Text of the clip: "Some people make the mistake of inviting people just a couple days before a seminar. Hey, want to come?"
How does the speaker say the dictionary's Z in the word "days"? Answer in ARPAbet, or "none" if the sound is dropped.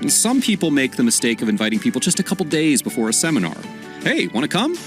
Z